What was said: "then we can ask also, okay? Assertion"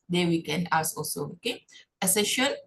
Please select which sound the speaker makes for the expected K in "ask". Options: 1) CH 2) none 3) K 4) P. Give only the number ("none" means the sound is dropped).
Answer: 2